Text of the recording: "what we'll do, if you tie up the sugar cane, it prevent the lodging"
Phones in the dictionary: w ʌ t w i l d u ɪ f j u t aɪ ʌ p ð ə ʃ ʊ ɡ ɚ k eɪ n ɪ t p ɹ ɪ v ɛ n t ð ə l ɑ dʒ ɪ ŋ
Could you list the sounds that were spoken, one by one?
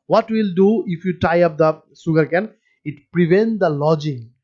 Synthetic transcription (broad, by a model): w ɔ t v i l d u ɪ f j u t aɪ ʌ p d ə s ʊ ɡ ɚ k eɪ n ɪ t p ɹ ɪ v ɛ n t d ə l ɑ dʒ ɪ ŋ